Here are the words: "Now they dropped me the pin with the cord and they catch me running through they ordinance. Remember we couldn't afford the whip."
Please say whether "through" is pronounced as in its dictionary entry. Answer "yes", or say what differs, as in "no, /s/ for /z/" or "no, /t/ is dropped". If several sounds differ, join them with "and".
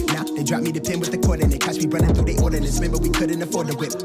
no, /ɹ/ is dropped